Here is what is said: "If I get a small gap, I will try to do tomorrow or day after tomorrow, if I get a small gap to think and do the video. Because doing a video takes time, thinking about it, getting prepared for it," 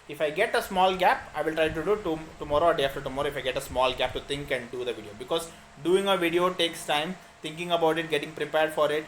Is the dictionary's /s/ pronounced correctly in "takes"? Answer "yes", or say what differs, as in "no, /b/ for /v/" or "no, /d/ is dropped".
yes